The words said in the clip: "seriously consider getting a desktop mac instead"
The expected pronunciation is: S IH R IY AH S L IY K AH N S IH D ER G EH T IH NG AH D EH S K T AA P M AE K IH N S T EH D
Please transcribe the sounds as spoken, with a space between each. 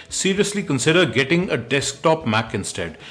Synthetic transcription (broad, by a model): S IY R IY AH S L IY K AH N S IH D ER G EH T IH NG AH D EH S K T AA P M AE K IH N S T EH D